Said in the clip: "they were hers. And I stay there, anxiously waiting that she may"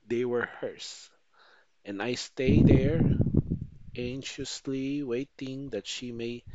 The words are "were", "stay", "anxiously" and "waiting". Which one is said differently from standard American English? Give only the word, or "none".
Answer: anxiously